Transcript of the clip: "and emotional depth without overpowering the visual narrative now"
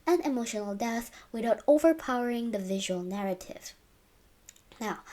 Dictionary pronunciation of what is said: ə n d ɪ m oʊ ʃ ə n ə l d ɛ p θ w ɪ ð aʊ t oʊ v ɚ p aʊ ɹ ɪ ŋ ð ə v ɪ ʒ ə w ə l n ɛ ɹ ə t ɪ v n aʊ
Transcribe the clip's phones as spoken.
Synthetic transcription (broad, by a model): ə n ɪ m oʊ ʃ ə n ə l d ɛ θ w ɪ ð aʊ t oʊ v ɚ p aʊ ɹ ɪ ŋ ð ə v ɪ ʒ ə w ə l n ɛ ɹ ə t ɪ v n aʊ